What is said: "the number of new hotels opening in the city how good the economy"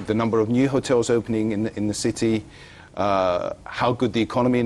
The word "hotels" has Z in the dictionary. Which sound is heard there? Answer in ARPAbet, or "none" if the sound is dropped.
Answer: Z